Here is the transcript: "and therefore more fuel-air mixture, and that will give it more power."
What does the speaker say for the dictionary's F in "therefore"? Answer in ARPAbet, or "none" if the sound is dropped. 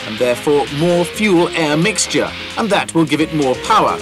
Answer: F